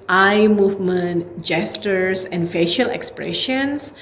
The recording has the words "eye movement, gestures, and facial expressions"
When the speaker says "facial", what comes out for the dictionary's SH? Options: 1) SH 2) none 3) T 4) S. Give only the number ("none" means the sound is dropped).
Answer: 1